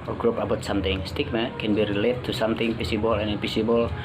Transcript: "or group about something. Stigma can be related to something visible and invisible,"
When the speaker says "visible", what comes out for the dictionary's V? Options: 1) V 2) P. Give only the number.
2